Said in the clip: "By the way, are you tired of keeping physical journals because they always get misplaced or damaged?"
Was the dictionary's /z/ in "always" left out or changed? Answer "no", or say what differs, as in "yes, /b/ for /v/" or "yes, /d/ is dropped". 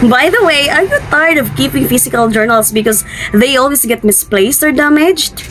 yes, /s/ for /z/